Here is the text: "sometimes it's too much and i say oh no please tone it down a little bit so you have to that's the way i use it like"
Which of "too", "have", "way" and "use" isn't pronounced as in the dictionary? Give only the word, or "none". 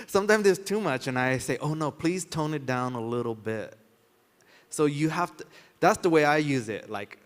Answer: have